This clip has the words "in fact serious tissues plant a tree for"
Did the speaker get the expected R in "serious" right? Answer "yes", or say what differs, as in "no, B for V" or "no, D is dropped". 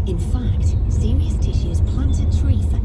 yes